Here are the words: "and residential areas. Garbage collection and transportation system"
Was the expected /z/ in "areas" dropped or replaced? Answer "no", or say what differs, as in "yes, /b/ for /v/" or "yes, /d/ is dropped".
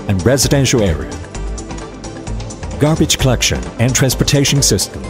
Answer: yes, /z/ is dropped